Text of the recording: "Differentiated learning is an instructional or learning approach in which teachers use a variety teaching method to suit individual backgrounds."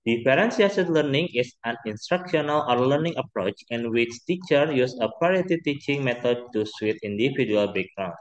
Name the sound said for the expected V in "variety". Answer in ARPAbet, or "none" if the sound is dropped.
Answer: P